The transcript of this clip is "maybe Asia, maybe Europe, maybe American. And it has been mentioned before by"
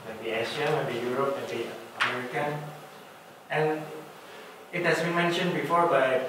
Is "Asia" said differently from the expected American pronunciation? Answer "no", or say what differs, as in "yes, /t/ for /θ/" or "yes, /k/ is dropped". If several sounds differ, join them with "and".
yes, /ʃ/ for /ʒ/